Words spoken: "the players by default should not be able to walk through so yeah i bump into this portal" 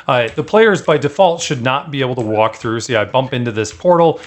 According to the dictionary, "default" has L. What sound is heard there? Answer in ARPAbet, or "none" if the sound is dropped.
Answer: L